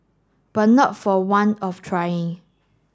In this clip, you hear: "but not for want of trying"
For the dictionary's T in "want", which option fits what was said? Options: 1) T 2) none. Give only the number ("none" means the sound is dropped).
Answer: 2